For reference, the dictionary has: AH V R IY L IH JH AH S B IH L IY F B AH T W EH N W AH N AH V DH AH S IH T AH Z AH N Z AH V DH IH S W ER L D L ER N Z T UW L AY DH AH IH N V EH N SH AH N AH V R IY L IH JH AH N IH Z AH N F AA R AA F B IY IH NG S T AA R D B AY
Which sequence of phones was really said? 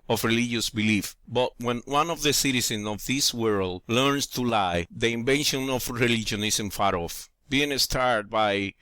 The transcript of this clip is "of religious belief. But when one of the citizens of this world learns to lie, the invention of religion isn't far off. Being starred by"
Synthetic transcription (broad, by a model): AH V R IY L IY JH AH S B IH L IY F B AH T W EH N W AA N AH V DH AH S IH T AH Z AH N S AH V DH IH S W ER L D L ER N S T UW L AY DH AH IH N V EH N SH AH N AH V R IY L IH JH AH N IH S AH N F AA R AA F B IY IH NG S T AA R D B AY